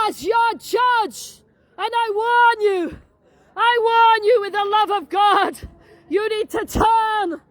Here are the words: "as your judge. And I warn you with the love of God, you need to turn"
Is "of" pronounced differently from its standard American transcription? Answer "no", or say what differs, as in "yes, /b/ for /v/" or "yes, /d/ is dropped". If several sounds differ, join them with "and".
no